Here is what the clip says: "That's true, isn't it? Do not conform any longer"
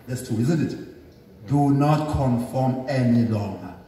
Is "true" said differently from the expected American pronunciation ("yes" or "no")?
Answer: yes